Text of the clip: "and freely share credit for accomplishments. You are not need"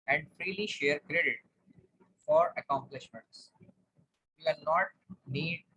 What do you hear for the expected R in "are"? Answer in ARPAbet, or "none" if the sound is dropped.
L